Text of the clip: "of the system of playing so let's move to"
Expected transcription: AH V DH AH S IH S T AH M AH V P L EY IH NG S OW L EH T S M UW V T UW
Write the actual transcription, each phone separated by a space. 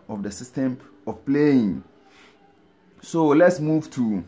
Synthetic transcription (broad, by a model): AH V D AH S IH S T AH M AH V P L EY IH NG S OW L EH T S M UW V T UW